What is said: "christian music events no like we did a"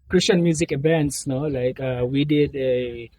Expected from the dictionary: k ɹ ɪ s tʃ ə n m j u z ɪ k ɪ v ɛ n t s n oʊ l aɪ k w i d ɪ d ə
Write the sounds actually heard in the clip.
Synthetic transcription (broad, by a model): k ɹ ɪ s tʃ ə n m j u z ɪ k ɪ v ɛ n t s n oʊ l aɪ k w i d ɪ d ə